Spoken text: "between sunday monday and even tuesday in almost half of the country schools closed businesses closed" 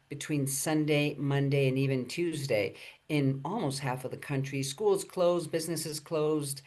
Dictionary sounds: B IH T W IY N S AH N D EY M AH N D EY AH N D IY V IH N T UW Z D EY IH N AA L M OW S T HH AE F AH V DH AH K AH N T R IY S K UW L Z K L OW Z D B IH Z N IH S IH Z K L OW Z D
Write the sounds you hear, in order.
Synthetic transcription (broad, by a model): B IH T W IY N S AH N D EY M AH N D EY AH N IY V IH N T UW Z D EY IH N AA L M OW S T HH AE F AH V DH AH K AH N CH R IY S K UW L Z K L OW Z B IH Z N IH S IH Z K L OW Z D